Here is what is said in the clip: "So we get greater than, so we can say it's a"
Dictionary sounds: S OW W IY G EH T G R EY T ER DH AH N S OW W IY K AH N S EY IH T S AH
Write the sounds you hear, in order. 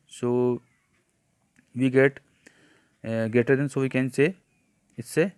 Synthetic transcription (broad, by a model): S OW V IY G EH T G EY T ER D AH N S OW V IY K AH N S EY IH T S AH